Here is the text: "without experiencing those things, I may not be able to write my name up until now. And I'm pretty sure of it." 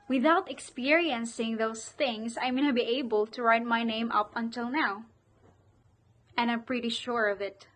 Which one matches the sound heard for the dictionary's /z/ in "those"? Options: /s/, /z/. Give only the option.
/s/